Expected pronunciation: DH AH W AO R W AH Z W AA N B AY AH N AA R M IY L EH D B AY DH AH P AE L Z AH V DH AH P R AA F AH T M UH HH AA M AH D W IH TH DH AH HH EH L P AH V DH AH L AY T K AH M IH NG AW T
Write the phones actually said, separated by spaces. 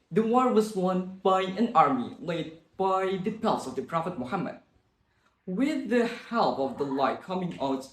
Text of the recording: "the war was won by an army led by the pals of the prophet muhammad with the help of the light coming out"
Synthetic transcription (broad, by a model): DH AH W AO R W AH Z W AA N B AY AH N AA R M IY L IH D B AY DH AH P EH L S AH V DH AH P R AA F AH T M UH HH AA M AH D W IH DH AH HH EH L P AH V DH AH L AY T K AH M IH NG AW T